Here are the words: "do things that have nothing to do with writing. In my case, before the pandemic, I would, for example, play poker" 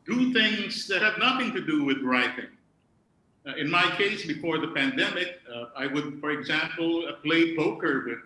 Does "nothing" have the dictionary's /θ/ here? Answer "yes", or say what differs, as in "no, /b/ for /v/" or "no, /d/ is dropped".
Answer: yes